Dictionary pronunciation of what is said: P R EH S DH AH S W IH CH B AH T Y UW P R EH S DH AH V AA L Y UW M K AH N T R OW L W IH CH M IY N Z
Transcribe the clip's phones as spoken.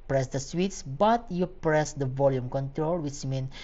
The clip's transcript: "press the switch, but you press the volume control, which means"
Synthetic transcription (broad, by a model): P R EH S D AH S W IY S B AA T Y UW P R EH S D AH V AA L Y UW M K AH N T R OW L W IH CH M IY N